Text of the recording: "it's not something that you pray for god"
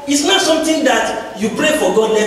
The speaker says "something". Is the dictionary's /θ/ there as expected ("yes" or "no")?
no